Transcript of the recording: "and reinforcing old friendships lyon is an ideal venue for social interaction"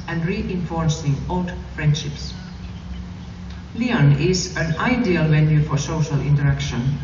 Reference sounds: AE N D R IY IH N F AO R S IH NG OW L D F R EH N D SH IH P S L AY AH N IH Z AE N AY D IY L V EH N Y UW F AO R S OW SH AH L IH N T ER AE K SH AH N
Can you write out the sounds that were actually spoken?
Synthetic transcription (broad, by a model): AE N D R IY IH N F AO R S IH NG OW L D F R EH N D SH IH P S L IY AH N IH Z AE N AY D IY L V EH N Y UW F AO R S OW SH AH L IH N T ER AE K SH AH N